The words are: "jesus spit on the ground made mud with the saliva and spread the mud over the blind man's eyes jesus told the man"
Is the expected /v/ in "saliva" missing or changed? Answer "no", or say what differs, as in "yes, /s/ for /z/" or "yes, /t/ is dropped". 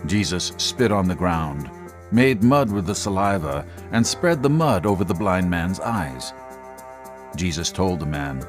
no